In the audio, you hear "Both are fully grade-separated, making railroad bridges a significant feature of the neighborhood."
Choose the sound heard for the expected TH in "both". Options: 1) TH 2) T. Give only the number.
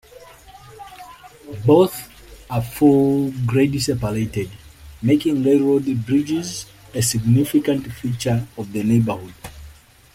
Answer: 1